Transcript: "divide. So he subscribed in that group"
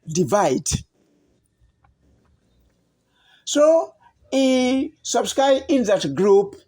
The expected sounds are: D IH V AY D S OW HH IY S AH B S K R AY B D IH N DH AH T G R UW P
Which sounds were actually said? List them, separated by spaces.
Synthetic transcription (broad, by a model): D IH V AY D S OW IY S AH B S K R AY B IH N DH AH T G R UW P